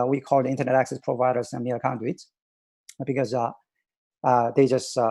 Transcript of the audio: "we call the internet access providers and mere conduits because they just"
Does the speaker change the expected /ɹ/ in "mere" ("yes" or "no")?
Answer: yes